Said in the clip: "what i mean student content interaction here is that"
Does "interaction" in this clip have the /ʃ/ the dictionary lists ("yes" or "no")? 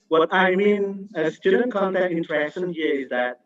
no